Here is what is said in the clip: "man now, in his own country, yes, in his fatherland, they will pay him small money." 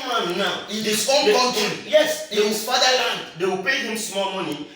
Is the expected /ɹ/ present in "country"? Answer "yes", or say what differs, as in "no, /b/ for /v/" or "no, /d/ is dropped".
no, /ɹ/ is dropped